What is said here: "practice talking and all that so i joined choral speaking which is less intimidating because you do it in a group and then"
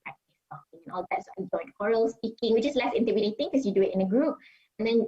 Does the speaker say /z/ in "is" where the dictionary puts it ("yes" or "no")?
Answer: no